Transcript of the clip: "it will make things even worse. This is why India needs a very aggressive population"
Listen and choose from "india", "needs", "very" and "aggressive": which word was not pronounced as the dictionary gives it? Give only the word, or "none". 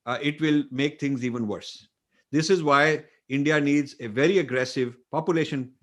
none